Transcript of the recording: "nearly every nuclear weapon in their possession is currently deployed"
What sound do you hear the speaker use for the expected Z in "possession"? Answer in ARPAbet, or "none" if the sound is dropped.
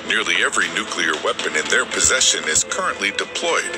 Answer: Z